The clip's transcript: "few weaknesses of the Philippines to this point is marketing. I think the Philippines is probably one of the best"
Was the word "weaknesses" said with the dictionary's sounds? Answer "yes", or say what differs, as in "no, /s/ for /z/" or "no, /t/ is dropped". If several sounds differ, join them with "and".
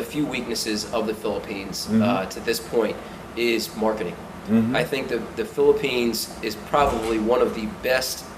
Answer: yes